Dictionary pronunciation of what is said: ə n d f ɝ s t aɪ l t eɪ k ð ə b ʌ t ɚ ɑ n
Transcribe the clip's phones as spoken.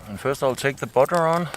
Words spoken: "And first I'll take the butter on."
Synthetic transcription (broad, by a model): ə n f ɝ s t aɪ l t eɪ k ð ə b ʌ t ɚ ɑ n